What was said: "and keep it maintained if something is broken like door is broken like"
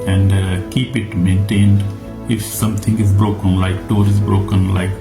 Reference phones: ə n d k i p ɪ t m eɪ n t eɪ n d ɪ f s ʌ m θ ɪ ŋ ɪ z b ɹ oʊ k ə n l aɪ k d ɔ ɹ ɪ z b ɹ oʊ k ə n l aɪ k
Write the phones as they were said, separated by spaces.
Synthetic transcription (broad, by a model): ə n d k i p ɪ t m eɪ n t eɪ n d ɪ f s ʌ m t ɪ ŋ ɪ z b ɹ oʊ k ə n l aɪ k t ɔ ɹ ɪ z b ɹ oʊ k ə n l aɪ k